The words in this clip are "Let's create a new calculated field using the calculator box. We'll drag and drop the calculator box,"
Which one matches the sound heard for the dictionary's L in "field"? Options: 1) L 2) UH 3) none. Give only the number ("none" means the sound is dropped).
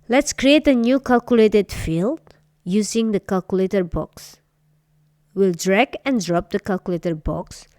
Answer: 1